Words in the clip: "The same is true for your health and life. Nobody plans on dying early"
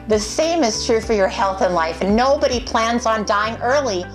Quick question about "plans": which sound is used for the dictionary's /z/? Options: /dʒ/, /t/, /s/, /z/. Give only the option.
/z/